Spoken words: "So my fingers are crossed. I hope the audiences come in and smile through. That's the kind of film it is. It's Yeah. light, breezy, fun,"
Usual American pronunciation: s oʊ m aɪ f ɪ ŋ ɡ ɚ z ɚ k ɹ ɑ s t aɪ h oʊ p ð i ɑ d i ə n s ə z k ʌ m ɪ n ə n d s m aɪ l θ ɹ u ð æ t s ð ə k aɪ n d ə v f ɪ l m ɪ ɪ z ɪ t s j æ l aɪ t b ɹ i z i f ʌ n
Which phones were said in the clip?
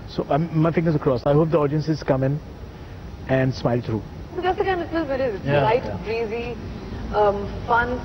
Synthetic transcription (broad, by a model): s oʊ m aɪ f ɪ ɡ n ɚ s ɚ k ɹ ɑ s aɪ h oʊ p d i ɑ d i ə n s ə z k ʌ m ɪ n ə n d s m aɪ l t ɹ u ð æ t s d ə k aɪ n d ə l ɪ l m ɪ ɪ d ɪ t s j l aɪ t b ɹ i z i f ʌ n